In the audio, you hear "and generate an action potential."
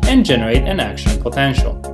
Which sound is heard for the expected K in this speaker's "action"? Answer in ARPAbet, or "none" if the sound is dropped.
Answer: K